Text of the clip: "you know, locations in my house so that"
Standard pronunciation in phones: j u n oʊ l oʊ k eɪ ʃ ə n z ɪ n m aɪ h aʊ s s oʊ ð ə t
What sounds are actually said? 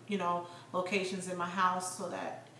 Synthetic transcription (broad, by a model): j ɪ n oʊ l oʊ k eɪ ʃ ə n z ɪ n m aɪ h aʊ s s oʊ ð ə t